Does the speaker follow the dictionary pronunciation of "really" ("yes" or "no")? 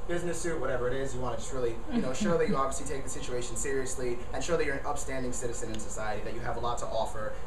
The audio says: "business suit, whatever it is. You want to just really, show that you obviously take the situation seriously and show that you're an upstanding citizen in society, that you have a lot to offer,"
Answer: no